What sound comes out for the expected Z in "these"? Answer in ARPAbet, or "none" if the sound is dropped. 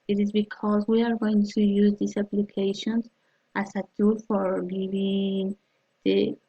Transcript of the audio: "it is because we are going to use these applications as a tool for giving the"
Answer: S